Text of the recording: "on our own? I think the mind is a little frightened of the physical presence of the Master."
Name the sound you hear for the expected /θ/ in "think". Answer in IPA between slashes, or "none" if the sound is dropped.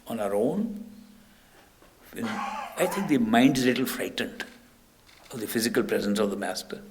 /t/